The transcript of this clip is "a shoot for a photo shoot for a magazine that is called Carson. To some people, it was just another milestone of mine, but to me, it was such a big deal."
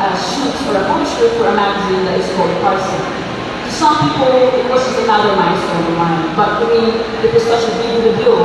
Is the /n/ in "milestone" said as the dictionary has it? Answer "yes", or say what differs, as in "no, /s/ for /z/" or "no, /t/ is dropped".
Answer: no, /n/ is dropped